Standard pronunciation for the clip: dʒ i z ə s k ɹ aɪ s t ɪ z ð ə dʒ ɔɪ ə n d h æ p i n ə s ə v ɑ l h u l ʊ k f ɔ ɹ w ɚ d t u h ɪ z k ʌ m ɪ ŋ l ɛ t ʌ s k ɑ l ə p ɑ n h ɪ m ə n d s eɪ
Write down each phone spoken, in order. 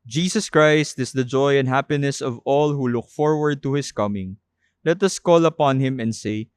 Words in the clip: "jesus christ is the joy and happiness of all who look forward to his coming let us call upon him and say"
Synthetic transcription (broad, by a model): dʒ i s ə s k ɹ aɪ s t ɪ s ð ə dʒ ɔɪ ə n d h æ p i n ə s ə v ɑ l h u l ʊ k f ɔ ɹ w ɚ d t u h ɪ s k ʌ m ɪ ŋ l ɛ t ʌ s k ɑ l ə p ɑ n h ɪ m ə n d s eɪ